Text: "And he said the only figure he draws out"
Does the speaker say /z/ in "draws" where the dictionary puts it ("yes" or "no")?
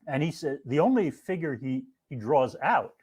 yes